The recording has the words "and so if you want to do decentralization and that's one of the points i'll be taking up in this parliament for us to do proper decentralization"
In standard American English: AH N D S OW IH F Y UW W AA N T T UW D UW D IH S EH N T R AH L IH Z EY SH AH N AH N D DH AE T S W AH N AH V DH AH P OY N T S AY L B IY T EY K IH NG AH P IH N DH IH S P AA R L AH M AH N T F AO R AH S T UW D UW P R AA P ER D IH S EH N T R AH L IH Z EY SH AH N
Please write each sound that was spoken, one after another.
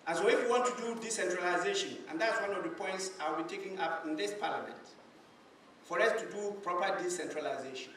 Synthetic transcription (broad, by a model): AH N S OW IH F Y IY W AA N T T UW D UW D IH S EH N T R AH L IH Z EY SH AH N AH N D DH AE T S W AH N AH V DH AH P OY N T S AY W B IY T EY K IH NG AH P IH N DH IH S P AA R L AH M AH N T F AO R AH S T UW D UW P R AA P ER D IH S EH N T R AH L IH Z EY SH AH N